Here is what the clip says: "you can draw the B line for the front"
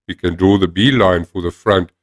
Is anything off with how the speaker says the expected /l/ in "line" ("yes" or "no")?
no